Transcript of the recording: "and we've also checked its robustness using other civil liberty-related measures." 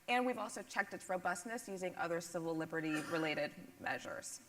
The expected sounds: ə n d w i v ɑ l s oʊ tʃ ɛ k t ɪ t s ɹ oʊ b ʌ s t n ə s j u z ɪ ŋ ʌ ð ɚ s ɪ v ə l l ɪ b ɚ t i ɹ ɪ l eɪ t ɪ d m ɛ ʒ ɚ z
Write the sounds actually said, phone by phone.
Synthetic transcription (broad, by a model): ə n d w i v ɑ l s oʊ tʃ ɛ k t ɪ t s ɹ oʊ b ʌ s t n ə s j u z ɪ ŋ ʌ ð ɚ s ɪ v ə l l ɪ b ɚ t i ɹ ɪ l eɪ t ɪ d m ɛ ʒ ɚ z